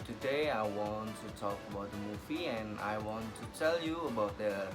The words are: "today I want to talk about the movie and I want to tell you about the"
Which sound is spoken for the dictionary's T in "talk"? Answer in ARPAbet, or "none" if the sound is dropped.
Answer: T